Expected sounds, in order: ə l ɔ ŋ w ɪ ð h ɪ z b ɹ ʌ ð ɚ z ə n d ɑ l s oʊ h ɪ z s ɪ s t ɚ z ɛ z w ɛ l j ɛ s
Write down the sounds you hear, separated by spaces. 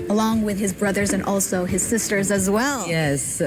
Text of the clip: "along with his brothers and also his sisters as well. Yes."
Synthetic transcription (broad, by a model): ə l ɔ ŋ w ɪ ð ɪ z b ɹ ʌ ð ɚ z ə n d ɑ l s oʊ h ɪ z s ɪ s t ɚ z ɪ z w ɛ l j ɛ s